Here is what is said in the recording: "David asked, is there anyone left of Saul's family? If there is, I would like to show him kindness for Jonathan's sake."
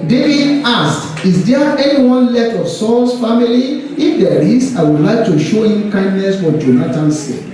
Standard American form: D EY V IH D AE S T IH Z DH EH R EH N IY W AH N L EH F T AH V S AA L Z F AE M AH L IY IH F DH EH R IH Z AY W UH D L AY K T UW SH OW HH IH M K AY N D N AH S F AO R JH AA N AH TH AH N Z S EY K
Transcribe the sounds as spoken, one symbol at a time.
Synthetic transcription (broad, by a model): D EY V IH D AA S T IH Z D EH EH N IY W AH N L EH F T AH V S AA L S F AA M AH L IY IH F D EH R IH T AY W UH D L AY K T UW SH OW HH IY M K AY N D N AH S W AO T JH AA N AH T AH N S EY